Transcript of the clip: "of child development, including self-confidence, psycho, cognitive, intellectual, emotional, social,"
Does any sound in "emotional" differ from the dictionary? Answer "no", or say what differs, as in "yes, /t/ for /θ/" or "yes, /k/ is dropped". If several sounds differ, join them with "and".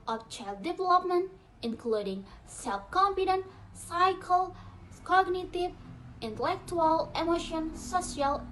yes, /n/ is dropped and /n/ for /l/